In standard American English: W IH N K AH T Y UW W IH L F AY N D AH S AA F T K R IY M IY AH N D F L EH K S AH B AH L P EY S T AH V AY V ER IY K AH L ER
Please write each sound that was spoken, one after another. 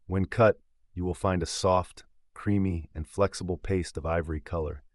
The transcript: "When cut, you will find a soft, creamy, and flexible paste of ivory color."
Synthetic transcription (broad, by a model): W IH N K AH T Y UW W IH L F AY N D AH S AA F T K R IY M IY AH N F L EH K S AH B L P EY S T AH V AY V ER IY K AH L ER